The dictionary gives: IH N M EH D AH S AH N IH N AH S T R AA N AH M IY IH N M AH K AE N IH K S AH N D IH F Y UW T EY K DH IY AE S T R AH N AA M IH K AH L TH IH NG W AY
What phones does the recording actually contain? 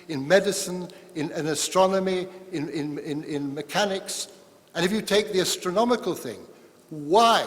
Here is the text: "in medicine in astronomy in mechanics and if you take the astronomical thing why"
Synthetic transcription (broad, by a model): IH N M EH D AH S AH N IH N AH S T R AA N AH M IY IH N M AH K AE N IH K S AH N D IH F Y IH T EY K DH IY AE S T R AH N AA M IH K AH L TH IH NG W AY